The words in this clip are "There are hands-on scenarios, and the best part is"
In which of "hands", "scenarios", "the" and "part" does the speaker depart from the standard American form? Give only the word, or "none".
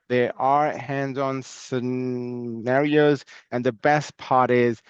none